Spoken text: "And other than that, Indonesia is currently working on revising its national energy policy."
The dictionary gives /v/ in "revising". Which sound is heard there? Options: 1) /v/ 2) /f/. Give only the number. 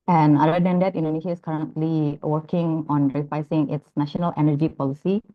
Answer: 2